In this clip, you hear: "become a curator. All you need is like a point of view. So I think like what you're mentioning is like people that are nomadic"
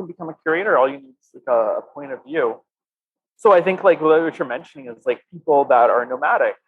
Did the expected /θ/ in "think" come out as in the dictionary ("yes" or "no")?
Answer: yes